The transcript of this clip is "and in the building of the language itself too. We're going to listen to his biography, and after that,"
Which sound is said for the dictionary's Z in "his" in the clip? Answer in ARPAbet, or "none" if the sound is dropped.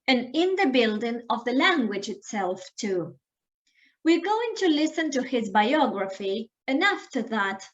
Z